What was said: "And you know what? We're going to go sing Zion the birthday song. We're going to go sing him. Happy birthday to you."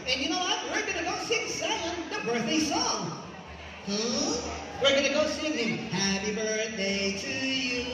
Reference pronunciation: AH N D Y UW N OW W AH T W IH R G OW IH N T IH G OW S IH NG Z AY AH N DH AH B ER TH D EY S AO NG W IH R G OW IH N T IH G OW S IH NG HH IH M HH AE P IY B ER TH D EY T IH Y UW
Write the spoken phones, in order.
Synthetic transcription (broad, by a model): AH N Y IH N OW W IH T W IH R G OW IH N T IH G OW S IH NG S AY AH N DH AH B ER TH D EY S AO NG W IH R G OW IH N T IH G OW S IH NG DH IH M HH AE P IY B ER TH D EY T IH Y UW